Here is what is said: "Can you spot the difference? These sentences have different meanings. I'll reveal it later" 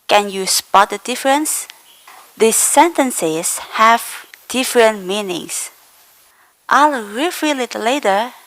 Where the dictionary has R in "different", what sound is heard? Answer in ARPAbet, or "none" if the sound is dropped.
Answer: R